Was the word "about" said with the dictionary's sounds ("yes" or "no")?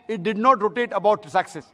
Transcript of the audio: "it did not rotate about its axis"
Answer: no